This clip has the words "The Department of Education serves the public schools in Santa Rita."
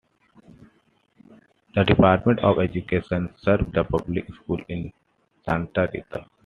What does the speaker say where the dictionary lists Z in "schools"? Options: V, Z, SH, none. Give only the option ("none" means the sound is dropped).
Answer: none